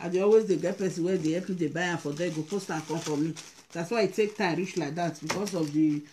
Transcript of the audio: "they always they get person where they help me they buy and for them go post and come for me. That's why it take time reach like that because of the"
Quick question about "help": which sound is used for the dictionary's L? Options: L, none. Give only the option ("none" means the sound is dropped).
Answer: none